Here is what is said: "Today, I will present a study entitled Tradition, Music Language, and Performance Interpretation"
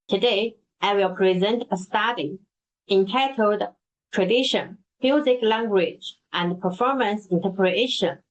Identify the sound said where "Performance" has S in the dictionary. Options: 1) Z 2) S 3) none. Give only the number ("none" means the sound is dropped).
2